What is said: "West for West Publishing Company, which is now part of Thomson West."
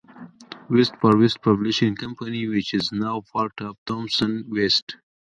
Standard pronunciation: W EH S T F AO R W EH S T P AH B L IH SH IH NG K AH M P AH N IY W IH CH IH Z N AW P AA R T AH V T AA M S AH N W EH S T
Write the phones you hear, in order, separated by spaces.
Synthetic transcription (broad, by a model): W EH S T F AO R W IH S T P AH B L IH SH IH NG K AH M P AH N IY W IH CH IH Z N AW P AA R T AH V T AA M S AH N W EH S T